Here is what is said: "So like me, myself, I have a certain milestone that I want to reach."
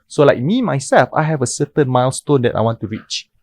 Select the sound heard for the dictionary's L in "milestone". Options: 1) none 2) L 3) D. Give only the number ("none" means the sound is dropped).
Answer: 2